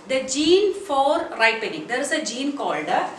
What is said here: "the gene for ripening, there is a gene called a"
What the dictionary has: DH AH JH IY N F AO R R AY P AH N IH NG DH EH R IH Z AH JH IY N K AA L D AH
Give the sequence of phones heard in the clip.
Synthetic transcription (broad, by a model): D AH JH IY N F AO R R AY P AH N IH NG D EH R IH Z AH JH IY N K AA L D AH